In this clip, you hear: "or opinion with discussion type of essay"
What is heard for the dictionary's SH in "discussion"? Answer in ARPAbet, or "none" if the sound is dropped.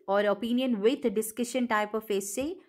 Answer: SH